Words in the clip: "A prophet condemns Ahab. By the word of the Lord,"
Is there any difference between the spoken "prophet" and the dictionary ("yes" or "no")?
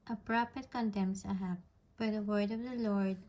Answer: yes